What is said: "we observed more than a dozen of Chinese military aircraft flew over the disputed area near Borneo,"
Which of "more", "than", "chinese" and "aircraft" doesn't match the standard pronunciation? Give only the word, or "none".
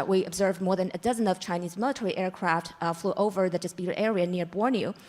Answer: none